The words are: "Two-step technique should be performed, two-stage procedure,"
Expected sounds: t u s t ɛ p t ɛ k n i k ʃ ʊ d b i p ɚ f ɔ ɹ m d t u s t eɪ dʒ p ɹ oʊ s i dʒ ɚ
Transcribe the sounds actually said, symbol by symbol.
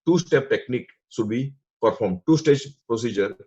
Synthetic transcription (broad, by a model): t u s t ɛ p t ɛ k n i k s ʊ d b i p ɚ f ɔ ɹ m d t u s t eɪ dʒ p ɹ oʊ s i dʒ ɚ